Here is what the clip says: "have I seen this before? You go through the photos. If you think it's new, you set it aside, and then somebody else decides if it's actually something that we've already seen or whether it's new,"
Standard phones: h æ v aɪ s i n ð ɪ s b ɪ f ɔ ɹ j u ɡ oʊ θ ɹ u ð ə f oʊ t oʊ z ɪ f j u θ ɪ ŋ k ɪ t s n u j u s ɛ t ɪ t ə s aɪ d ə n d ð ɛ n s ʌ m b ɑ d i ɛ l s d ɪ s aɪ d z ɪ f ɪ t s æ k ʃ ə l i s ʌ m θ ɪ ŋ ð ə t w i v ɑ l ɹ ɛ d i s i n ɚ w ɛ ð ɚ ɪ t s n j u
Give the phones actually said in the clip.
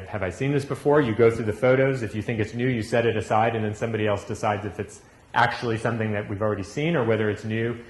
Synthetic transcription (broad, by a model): h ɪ v aɪ s i n ð ɪ s b ɪ f ɔ ɹ j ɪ ɡ oʊ θ ɹ u ð ə f oʊ t oʊ z ɪ f j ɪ θ ɪ ŋ k ɪ t s n u j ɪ s ɛ t ɪ t ə s aɪ d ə n ð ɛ n s ʌ m b ɑ d i ɛ l s d ɪ s aɪ d z ɪ f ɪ t s æ k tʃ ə l i s ʌ m θ ɪ ŋ ð ə t w i v l ɹ ɛ d i s i n ɚ w ɛ ð ɚ ɪ t s n j u